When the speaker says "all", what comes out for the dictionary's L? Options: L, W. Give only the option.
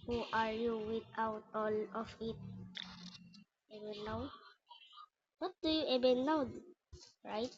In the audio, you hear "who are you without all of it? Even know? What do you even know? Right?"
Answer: L